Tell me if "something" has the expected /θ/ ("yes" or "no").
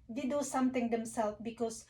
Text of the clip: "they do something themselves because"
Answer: no